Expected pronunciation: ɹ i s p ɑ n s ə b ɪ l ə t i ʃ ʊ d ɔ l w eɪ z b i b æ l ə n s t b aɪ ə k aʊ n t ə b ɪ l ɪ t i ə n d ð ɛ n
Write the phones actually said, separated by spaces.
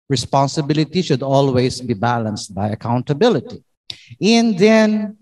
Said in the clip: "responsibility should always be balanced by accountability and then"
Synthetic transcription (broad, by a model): ɹ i s p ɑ n s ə b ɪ l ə t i ʃ ʊ d ɔ l w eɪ s b i b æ l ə n s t b aɪ ə k aʊ n t ə b ɪ l ɪ t i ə n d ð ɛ n